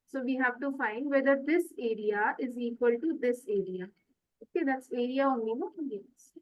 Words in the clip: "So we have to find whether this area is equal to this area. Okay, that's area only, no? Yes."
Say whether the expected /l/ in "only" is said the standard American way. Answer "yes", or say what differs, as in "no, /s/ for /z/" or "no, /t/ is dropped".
no, /l/ is dropped